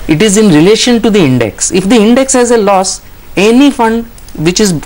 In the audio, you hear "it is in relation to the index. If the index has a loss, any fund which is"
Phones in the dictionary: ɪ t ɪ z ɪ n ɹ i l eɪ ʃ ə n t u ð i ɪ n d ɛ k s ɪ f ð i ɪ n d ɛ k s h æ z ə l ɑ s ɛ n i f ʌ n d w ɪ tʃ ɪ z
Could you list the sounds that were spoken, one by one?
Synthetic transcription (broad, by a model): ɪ t ɪ z ɪ n ɹ i l eɪ ʃ ə n t u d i ɪ n d ɛ k s ɪ f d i ɪ n d ɛ k s h æ z ə l ɑ s ɛ n i f ʌ n d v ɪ tʃ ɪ z